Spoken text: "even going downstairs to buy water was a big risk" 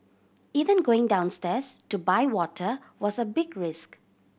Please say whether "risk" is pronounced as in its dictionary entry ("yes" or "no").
yes